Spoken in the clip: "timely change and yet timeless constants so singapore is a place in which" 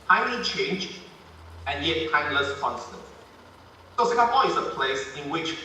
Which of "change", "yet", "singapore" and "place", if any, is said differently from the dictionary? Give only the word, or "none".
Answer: singapore